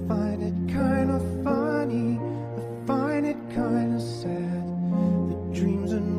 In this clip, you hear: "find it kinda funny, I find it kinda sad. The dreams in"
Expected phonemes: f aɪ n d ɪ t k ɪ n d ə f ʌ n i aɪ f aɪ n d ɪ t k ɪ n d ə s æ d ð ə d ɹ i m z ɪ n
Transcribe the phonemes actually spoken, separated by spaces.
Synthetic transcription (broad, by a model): f aɪ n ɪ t k ɪ n d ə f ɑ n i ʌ f aɪ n ɪ t k ɪ n d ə s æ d ð ə d ɹ i m z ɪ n